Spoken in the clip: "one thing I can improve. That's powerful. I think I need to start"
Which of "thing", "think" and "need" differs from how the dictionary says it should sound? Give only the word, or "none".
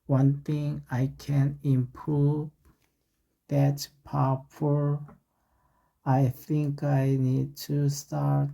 none